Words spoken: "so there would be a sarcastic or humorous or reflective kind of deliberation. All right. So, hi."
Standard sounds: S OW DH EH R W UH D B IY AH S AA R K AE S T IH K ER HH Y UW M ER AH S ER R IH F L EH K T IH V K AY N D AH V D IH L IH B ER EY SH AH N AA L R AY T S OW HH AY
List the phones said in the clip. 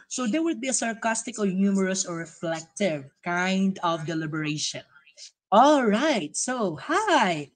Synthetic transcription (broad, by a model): S OW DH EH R W UH D B IY AH S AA R K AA S T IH K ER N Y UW M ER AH S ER R IH F L EH K T IH V K AY N D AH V D IH L IH B ER EY SH AH N AA L R AY T S OW HH AY